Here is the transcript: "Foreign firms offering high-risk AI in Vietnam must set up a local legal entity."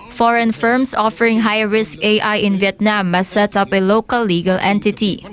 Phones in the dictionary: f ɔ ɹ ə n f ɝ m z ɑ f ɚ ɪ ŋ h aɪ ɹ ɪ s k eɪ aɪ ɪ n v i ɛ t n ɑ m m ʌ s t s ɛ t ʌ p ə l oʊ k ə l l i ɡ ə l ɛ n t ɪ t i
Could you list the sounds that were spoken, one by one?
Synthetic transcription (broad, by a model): f ɔ ɹ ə n f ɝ m s ɑ f ɚ ɪ ŋ h aɪ ɹ ɪ s k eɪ aɪ ɪ n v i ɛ t n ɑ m m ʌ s s ɛ t ʌ p ə l oʊ k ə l l i ɡ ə l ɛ n t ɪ t i